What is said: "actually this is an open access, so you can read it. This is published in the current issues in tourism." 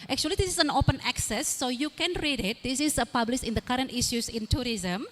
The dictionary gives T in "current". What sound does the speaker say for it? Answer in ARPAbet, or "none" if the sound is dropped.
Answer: T